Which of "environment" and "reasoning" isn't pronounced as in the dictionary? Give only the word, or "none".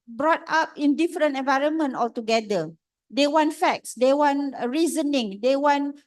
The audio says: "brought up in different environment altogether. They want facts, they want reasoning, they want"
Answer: none